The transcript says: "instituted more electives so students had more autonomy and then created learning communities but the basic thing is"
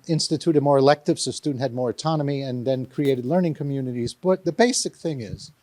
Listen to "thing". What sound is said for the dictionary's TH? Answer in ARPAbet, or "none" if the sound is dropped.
TH